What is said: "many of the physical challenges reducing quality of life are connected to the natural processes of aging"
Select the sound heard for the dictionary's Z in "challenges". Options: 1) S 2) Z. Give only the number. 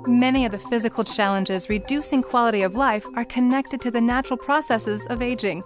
2